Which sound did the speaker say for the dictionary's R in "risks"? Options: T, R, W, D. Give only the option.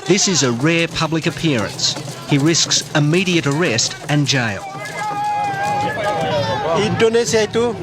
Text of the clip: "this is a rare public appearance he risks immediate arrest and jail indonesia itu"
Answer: R